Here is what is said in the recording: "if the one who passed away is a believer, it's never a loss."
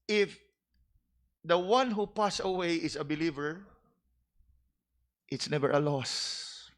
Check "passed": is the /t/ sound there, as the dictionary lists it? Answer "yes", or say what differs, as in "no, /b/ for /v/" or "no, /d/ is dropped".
no, /t/ is dropped